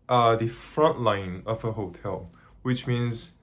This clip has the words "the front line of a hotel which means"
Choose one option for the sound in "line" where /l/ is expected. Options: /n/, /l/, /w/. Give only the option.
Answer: /l/